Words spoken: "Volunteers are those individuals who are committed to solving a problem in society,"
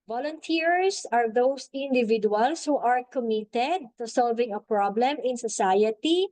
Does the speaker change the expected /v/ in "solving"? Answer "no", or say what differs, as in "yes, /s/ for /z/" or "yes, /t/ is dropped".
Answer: no